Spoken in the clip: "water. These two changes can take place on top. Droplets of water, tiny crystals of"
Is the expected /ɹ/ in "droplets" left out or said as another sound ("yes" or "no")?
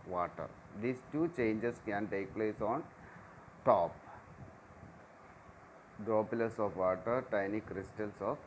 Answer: yes